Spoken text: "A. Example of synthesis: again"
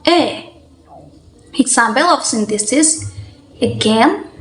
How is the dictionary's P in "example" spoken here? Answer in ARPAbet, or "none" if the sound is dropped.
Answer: B